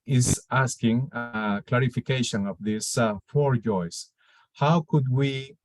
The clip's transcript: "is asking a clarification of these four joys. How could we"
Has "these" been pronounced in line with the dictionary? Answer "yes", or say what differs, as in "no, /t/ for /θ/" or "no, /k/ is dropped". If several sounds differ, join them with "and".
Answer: no, /s/ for /z/